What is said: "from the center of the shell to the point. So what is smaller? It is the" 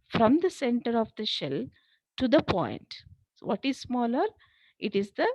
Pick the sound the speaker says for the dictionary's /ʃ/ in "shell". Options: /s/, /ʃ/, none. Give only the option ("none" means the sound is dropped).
/ʃ/